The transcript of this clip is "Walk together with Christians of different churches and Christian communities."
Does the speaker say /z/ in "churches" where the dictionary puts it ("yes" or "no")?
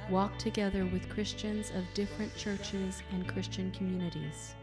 yes